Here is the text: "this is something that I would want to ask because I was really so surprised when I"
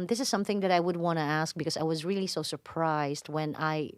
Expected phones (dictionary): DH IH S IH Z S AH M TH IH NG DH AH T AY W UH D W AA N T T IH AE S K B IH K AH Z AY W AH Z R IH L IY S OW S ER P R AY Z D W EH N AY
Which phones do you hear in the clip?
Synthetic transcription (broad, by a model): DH IH S IH Z S AH M TH IH NG DH AH T AY W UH D W AA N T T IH AE S K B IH K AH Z AY W AH Z R IH L IY S OW S ER P R AY Z D W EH N AY